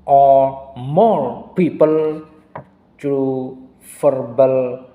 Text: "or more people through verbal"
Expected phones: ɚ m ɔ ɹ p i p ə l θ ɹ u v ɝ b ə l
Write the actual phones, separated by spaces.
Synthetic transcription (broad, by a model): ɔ m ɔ l p i p ə l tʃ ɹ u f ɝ b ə l